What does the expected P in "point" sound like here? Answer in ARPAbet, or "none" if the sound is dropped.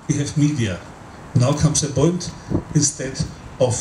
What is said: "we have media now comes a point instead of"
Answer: B